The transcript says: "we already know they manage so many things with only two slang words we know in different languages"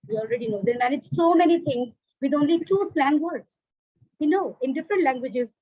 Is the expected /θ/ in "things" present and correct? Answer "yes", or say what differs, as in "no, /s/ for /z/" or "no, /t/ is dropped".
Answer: no, /t/ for /θ/